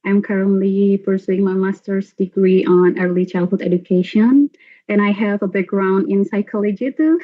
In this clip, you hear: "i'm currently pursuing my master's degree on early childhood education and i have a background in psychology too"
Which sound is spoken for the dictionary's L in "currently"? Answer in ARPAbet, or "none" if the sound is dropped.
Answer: L